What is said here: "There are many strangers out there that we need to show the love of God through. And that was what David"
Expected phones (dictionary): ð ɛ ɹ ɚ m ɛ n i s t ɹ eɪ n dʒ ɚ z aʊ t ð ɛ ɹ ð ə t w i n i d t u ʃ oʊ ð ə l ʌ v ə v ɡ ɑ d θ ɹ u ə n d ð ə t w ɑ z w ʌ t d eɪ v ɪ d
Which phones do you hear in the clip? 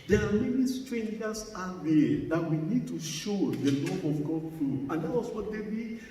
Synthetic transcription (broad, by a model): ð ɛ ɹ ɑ m ɛ n i s t ɹ eɪ n dʒ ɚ s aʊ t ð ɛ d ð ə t w i n i d t u ʃ oʊ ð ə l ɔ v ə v ɡ ɑ d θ ɹ u ə n d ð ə t w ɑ s w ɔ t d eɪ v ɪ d